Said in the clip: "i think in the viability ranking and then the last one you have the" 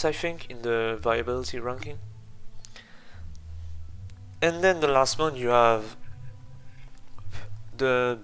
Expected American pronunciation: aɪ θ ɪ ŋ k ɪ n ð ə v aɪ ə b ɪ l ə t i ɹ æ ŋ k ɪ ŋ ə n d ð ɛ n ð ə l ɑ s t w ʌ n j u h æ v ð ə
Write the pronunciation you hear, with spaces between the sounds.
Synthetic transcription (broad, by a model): aɪ f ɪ ŋ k ɪ n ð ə v aɪ ə b ɪ l ə t i ɹ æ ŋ k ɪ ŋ ə n d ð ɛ n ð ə l ɑ s t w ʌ n j u h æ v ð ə